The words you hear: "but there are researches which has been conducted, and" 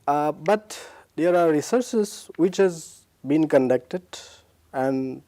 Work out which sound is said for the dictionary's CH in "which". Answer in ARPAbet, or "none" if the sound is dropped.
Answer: CH